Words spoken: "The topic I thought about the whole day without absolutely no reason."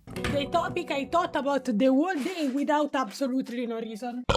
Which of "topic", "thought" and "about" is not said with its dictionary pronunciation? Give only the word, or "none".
thought